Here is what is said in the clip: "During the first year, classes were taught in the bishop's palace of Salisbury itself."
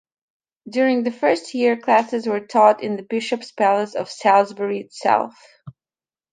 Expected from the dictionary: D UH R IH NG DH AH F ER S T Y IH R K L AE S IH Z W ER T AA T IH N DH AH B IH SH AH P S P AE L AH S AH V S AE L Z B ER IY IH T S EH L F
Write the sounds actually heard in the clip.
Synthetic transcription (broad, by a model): D UH R IH NG DH AH F ER S T Y IH R K L AE S IH Z W ER T AA T IH N DH AH B IH SH AH P S P AE L AH S AH V S AE L Z B ER IY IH T S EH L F